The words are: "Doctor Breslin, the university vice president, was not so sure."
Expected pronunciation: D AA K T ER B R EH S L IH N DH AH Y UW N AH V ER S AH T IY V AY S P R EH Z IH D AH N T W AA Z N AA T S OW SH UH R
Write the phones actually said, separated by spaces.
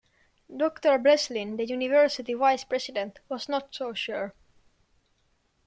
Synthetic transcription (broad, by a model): D AA K T ER B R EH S L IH N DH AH Y UW N AH V ER S AH T IY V AY S P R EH S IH D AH N T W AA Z N AA T S OW SH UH R